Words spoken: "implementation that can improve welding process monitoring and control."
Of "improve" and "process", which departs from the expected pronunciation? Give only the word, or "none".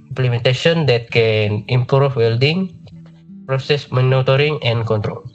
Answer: improve